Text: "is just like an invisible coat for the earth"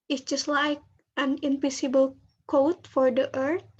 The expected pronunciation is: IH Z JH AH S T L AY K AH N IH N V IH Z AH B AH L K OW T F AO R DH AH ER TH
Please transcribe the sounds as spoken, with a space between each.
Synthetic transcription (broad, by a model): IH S JH AH S T L AY K AH N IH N P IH S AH B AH L K OW T F AO R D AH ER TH